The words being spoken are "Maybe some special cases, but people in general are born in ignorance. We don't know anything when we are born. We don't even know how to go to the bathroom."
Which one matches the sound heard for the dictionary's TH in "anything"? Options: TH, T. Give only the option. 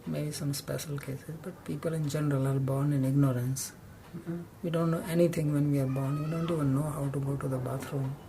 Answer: T